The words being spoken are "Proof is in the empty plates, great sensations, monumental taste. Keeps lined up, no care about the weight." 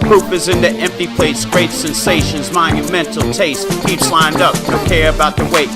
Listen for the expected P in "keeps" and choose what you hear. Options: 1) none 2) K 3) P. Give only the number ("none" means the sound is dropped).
1